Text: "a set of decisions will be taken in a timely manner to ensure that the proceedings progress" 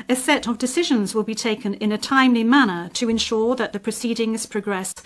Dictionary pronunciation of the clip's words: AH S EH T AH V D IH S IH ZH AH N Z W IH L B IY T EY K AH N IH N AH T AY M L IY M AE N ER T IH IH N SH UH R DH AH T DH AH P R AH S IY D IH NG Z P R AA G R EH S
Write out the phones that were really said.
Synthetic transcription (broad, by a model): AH S EH T AH V D IH S IH ZH AH N Z W IH L B IY T EY K AH N IH N AH T AY M L IY M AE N ER T IH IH N SH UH R DH AH T DH AH P R AH S IY D IH NG Z P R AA G R EH S